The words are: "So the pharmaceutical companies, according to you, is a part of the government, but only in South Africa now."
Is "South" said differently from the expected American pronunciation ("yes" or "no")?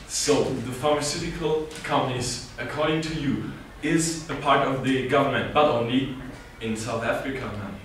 no